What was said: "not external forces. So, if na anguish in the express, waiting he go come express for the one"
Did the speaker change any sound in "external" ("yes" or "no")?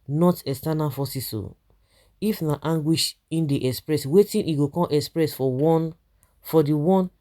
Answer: yes